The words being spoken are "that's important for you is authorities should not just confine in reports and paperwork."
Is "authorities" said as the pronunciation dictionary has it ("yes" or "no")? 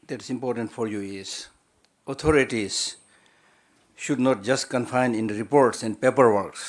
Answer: no